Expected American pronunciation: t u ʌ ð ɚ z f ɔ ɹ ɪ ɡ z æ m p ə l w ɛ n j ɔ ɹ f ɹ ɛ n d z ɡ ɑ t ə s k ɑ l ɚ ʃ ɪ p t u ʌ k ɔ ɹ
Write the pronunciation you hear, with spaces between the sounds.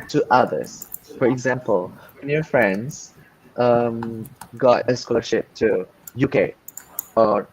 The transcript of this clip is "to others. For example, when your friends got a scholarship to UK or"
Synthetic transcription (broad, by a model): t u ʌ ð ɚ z f ɔ ɹ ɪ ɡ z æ m p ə l w ɛ n j ɔ ɹ f ɹ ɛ n d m ɡ ɑ t ə s k ɑ l ɚ ʃ ɪ p t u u k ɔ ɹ